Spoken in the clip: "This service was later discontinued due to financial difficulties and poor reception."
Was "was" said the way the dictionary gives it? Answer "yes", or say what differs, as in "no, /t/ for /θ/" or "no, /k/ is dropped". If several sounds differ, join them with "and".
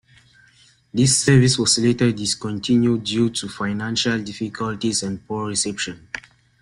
no, /s/ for /z/